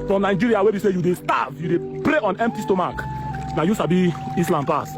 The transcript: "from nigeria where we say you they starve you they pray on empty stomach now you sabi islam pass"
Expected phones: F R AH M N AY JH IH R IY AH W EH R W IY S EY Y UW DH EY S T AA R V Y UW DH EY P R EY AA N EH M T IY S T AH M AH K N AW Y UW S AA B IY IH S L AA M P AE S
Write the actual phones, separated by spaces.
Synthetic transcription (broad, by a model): F R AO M N AY JH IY R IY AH W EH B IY S EY Y UW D EY S T AA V Y UW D EY P R EY AA N EH M T IY S T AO M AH K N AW Y UW S AA B IY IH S L AA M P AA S